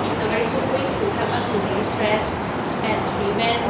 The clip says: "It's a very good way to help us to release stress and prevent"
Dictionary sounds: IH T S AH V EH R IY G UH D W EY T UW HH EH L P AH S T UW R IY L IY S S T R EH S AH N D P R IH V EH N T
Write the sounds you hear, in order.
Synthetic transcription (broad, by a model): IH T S AH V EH R IY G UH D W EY T UW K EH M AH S T UW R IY IY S S T R EH S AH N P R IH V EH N